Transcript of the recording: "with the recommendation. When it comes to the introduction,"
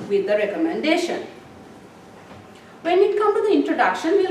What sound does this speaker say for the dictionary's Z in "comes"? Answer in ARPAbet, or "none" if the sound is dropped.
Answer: none